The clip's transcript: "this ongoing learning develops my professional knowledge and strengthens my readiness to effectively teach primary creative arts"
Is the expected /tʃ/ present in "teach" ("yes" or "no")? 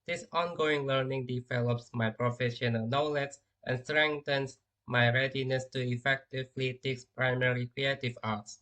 no